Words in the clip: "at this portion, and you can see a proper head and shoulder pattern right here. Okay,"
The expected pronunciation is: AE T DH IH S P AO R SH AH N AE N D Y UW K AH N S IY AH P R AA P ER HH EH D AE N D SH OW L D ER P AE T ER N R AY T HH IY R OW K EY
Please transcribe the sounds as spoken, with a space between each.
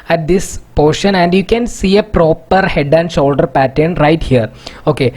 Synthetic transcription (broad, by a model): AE T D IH S P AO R SH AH N AE N D Y UW K AH N S IY AH P R AA P ER HH EH D AE N D SH OW L D ER P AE T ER N R AY T HH IY R OW K EY